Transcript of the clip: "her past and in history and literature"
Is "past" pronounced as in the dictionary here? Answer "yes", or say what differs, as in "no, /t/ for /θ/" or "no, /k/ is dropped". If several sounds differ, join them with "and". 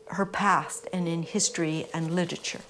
yes